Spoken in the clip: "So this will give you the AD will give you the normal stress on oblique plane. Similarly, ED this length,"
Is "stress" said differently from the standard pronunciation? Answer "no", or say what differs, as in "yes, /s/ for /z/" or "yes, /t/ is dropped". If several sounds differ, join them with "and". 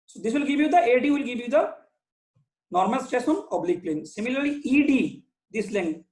yes, /ɹ/ is dropped